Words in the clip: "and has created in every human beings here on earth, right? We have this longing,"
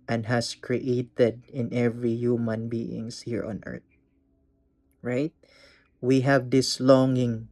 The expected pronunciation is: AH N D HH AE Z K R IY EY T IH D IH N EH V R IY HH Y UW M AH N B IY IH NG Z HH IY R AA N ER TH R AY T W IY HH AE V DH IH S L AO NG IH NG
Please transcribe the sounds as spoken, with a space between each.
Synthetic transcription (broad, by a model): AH N D HH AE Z K R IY EY T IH D IH N EH V R IY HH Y UW M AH N B IY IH NG S HH IY R AA N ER T R AY T W IY HH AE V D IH S L AO NG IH NG